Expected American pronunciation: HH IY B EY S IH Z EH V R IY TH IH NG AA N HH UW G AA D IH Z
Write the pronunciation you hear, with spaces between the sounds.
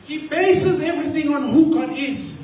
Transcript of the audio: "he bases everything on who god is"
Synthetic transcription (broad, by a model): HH IY B EY S IH Z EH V R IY T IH NG AA N HH UW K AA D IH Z